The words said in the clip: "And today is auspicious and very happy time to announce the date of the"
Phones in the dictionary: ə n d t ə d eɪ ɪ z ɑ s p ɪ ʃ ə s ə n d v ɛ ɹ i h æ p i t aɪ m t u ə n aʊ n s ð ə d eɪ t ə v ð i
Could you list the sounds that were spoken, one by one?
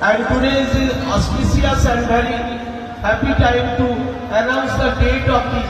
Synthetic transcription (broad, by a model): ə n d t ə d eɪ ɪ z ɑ s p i s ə s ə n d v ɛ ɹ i h æ p i t aɪ m t u ə n aʊ n s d ə d eɪ t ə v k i